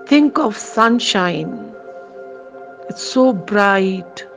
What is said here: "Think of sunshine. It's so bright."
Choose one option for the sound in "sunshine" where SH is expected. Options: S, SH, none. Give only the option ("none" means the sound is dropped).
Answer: SH